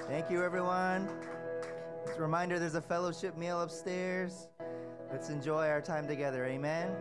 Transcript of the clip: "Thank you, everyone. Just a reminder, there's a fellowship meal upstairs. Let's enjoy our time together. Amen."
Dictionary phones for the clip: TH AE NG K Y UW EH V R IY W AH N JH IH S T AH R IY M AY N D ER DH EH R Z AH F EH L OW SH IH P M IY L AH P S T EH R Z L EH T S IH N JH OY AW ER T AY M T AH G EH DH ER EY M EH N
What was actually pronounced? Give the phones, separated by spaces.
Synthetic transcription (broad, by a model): TH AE NG K Y UW EH V R IY W AH N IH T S R IY M AY N D ER DH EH R Z AH F EH L OW SH IH P M IY L AH P S T EH R Z L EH T S IH N JH OY AW ER T AY M T AH G EH DH ER EY M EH N